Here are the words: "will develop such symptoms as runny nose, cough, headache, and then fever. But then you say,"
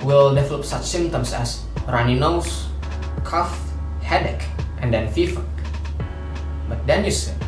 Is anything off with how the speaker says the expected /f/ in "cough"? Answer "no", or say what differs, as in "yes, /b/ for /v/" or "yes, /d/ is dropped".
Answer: no